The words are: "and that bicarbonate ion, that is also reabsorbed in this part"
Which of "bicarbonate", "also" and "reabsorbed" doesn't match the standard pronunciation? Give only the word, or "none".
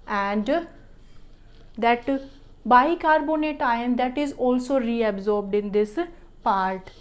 none